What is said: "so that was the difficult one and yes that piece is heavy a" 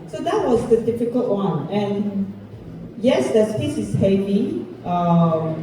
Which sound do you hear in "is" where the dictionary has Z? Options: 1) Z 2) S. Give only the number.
2